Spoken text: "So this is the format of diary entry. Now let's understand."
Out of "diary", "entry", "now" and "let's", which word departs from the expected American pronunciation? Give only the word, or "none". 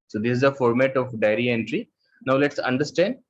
none